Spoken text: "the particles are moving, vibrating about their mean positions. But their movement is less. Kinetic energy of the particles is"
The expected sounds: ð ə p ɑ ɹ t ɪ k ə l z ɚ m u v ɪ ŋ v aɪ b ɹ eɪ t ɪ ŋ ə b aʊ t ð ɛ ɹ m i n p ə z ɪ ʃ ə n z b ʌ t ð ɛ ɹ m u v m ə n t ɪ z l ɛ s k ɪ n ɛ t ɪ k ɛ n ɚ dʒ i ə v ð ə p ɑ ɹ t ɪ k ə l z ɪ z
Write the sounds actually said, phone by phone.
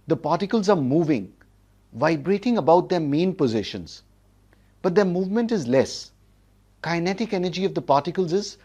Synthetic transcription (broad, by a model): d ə p ɑ ɹ t ɪ k ə l z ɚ m u v ɪ ŋ v aɪ b ɹ eɪ t ɪ ŋ ə b aʊ t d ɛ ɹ m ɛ n p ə z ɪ ʃ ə n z b ʌ t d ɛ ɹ m u v m ə n t ɪ z l ɛ s k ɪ n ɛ t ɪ k ɛ n ɚ dʒ i ə v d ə p ɑ ɹ t ɪ k ə l z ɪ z